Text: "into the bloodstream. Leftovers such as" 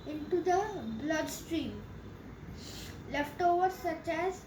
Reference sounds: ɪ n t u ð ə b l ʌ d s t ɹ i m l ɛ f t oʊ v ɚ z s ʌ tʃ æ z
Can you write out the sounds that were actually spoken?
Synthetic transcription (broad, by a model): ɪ n t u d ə b l ʌ d s t ɹ i m l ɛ f t oʊ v ɚ s ʌ tʃ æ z